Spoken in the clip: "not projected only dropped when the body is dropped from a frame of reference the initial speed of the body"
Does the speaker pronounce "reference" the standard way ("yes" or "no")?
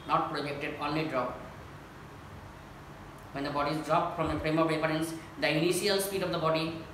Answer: no